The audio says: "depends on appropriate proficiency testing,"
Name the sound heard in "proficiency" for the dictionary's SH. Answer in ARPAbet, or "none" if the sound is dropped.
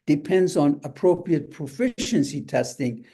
SH